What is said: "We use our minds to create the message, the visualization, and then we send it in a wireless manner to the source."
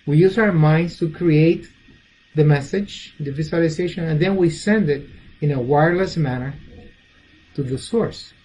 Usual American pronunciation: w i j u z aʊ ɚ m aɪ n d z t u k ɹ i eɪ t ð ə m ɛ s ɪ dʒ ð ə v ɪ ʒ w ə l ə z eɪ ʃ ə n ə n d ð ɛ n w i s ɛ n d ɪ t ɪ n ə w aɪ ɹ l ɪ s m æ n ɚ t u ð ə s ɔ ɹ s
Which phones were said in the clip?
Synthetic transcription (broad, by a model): w i j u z aʊ ɚ m aɪ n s t u k ɹ i eɪ t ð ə m ɛ s ɪ dʒ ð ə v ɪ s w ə l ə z eɪ ʃ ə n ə n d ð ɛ n w i s ɛ n d ɪ t ɪ n ə w aɪ ɹ l ɪ s m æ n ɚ t u ð ə s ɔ ɹ s